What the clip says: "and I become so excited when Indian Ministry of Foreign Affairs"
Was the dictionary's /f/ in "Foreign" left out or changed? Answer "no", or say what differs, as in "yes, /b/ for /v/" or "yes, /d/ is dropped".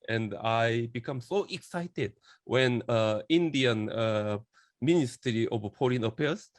yes, /p/ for /f/